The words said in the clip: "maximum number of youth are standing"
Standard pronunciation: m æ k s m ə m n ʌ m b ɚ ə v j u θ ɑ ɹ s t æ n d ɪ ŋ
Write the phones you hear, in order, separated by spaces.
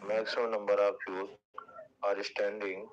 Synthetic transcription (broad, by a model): m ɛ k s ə n ʌ m b ɚ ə p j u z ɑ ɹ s t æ n d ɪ ŋ